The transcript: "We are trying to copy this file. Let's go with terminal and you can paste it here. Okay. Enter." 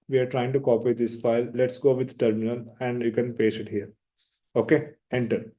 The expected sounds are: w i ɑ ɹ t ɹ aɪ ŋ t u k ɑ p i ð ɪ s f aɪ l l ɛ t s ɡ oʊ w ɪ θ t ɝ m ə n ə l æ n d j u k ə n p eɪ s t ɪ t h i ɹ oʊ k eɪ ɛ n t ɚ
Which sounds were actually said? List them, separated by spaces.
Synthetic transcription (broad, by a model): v i ɑ ɹ t ɹ aɪ ŋ t u k ɑ p i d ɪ s f aɪ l l ɛ t s ɡ oʊ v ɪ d t ɝ m ə n ə l æ n d j u k ə n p eɪ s ɪ t h i ɹ oʊ k eɪ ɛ n t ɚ